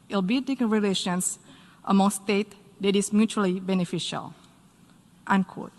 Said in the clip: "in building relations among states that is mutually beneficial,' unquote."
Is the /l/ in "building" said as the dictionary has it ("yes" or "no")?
no